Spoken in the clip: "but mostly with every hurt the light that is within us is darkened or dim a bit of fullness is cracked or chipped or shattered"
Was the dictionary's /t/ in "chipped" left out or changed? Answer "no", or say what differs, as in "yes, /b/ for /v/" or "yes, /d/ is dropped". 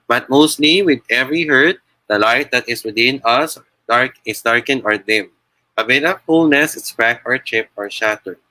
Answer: yes, /t/ is dropped